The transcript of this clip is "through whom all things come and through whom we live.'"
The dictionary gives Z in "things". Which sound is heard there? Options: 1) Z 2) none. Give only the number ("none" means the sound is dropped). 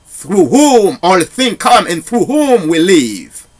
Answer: 2